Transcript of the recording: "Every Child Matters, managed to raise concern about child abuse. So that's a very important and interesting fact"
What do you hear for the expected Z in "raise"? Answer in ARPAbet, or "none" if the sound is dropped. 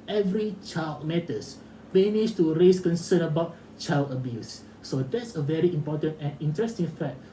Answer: S